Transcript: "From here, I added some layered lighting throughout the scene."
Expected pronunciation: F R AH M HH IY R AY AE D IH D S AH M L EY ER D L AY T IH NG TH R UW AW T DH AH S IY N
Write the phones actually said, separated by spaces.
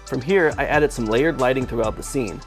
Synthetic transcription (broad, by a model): F R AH M HH IY R AY AE D IH D S AH M L EY ER D L AY T IH NG TH R UW AW T DH AH S IY N